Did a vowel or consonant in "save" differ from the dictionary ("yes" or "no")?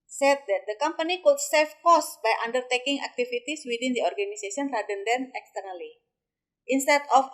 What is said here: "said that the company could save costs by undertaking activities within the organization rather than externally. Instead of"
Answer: yes